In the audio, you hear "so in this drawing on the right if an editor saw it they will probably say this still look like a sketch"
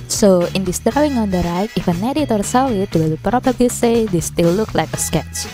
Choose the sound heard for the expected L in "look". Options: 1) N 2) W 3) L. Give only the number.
3